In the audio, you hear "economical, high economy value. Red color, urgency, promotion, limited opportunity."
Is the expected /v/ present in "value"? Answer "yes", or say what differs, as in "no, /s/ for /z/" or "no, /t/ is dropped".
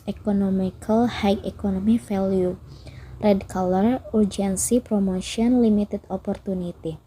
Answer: no, /f/ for /v/